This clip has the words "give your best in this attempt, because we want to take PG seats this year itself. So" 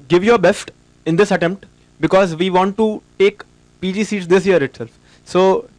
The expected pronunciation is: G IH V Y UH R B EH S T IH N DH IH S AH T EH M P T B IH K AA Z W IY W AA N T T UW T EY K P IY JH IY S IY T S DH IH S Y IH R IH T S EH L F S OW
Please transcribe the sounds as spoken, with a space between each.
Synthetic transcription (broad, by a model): G IH V Y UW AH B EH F T IH N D IH S AH T EH M P T B IH K AA Z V IY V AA N T T UW T EY K P IY JH IY S IY T S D IH S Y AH R IH T S EH L F S OW